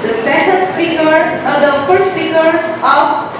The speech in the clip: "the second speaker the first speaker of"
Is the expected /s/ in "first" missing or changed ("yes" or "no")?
yes